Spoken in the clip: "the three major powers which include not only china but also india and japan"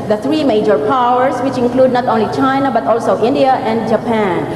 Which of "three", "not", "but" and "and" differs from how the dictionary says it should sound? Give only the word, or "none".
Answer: three